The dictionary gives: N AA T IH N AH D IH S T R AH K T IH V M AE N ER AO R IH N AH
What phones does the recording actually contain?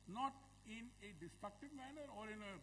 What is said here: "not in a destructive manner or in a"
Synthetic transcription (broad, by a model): N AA T IH N AH D IH S T R AH K T IH V M AE N ER AO R IH N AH